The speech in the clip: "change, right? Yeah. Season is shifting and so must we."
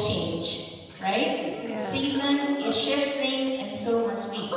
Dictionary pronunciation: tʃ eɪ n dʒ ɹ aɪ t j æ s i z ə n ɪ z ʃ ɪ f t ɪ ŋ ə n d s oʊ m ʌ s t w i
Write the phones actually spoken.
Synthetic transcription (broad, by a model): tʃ eɪ n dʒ ɹ aɪ t s i z ə n ɪ z ʃ ɪ f t ɪ ŋ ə n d s oʊ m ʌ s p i